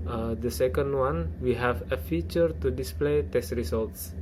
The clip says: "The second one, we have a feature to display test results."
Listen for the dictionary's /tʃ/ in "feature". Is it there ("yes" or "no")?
yes